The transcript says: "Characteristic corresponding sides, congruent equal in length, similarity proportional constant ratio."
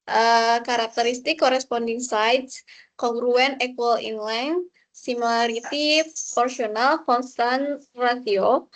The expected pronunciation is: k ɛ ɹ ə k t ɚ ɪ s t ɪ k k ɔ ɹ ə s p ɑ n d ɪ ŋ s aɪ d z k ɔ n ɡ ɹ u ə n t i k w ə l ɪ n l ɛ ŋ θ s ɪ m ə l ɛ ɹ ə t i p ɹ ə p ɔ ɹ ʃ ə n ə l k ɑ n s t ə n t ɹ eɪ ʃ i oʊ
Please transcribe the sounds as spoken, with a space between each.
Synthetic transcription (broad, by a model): k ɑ ɹ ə k t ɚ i s t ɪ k k ɔ ɹ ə s p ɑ n d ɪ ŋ s aɪ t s k ɔ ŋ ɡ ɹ u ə n ɛ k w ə l ɪ n l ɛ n s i m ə l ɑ ɹ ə t i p p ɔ ɹ s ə n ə l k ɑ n s t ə n ɹ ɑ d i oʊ